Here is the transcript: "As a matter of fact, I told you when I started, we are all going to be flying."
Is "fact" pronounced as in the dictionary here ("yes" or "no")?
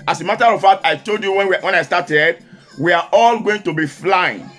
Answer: no